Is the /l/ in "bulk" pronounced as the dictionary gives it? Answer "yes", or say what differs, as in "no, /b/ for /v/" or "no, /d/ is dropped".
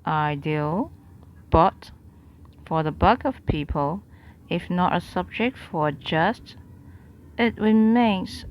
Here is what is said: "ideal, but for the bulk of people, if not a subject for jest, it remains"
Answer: no, /l/ is dropped